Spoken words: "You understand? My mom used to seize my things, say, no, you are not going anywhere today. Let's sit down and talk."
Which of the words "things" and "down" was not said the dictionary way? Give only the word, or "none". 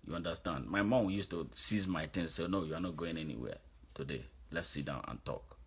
things